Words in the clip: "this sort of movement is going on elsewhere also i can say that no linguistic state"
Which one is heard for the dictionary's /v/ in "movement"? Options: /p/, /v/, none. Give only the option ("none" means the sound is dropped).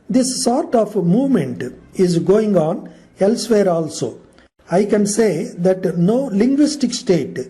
/v/